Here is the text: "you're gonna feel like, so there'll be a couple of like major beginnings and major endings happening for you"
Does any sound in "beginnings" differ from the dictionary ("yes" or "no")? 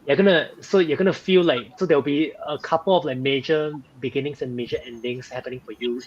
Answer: yes